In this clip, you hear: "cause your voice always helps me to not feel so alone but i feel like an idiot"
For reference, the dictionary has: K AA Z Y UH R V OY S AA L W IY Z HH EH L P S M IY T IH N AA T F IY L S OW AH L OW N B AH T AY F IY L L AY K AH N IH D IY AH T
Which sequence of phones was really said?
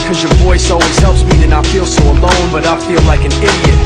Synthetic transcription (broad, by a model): K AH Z Y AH R V OY S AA W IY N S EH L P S M IY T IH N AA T F IY L S OW AH L OW N B AH T AY F IY L L AY K AH N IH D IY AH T